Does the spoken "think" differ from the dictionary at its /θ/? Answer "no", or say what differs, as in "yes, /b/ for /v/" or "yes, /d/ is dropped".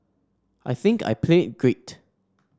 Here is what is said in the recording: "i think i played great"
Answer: no